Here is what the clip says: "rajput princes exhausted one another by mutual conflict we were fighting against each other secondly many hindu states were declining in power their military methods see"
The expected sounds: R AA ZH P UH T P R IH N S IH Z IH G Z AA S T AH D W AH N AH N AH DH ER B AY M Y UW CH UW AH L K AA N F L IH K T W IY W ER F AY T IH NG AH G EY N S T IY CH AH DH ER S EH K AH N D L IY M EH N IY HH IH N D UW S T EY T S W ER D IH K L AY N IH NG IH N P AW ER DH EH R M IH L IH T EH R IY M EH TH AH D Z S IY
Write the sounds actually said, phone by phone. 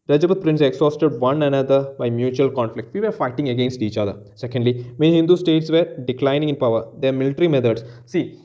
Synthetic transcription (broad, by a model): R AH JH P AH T P R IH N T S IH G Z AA S T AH D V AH N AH N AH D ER B AY M Y UW CH UW AH L K AA N F L IH K T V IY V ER F AY T IH NG AH G EY N S T IY CH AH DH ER S EH K AH N D L IY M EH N HH IH N D UW S T EY T S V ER D IH K L AY N IH NG IH N P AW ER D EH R M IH L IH T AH R IY M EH T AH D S S IY